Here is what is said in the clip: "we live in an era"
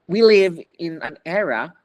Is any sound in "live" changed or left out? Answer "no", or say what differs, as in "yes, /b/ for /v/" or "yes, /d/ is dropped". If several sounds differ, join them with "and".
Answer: no